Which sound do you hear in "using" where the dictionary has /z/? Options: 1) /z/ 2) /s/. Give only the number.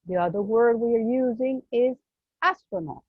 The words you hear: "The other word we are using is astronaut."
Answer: 1